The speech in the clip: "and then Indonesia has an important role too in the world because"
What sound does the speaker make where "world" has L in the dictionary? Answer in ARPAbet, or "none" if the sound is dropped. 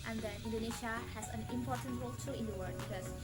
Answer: none